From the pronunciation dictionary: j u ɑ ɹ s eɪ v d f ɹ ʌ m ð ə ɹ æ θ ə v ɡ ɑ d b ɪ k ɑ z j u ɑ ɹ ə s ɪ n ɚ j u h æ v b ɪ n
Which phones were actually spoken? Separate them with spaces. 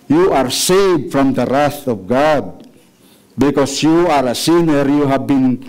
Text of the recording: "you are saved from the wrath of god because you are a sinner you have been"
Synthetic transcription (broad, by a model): j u ɑ ɹ s eɪ v d f ɹ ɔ m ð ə ɹ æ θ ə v ɡ ɑ d b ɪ k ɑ s j u ɑ ɹ ə s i n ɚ j u h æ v b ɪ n